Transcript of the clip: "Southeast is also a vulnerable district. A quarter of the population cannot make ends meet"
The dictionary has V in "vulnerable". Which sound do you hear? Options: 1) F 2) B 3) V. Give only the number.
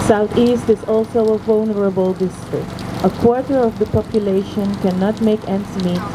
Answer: 3